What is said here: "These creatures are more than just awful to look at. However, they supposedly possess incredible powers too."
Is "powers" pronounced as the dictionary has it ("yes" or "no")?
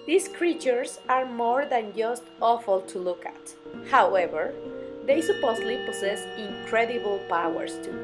no